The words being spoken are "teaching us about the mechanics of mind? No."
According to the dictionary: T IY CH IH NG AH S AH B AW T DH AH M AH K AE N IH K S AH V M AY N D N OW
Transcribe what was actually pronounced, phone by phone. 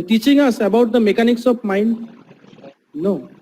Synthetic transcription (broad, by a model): T IY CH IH NG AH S AH B AW T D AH M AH K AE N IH K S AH P M AY N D N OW